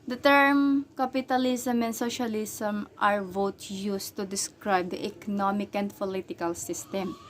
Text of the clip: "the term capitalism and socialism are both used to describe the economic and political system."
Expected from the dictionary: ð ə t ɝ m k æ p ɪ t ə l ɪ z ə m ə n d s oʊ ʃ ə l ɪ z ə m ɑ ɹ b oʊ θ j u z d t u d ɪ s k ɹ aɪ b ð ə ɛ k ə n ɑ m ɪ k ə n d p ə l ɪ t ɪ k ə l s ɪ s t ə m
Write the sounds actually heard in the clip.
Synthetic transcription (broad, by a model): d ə t ɝ m k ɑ p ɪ t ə l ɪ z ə m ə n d s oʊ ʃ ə l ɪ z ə m ɑ ɹ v oʊ t j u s t u d ɪ s k ɹ aɪ b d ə ɛ k ə n ɑ m ɪ k ə n d p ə l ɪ t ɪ k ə l s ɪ s t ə m